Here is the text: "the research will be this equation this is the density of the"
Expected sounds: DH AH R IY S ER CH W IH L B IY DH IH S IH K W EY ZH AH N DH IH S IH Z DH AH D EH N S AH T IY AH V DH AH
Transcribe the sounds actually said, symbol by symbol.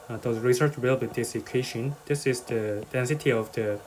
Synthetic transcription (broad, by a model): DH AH R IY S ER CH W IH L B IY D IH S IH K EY SH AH N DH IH S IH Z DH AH D EH N S AH T IY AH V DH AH